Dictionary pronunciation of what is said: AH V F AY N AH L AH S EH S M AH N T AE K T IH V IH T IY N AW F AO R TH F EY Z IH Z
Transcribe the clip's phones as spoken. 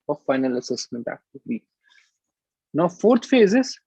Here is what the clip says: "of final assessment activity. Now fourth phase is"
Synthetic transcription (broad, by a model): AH F AY N AH L AH S EH S M AH N T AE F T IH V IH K N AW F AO R T F EY Z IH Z